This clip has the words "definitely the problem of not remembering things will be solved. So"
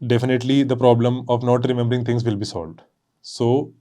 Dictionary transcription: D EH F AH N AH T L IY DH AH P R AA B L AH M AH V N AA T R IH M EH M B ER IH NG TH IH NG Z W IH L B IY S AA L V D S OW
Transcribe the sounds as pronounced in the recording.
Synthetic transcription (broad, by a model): D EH F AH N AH T L IY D AH P R AA B L AH M AH V N AA T R IH M EH M B ER IH NG T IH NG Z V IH L B IY S AA L V D S OW